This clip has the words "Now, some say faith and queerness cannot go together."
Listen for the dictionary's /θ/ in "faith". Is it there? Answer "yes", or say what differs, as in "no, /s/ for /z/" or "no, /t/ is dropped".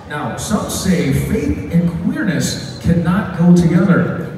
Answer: yes